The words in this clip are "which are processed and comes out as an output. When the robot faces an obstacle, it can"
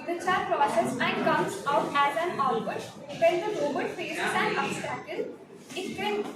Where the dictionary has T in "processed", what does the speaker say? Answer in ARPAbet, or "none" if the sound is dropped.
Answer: none